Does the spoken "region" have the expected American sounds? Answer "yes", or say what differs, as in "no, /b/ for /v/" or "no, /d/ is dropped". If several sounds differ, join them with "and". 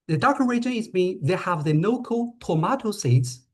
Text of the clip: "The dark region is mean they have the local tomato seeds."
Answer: no, /n/ is dropped